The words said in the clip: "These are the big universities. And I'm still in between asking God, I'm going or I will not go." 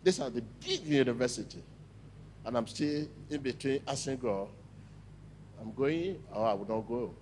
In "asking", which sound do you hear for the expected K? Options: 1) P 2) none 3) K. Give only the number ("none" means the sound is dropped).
2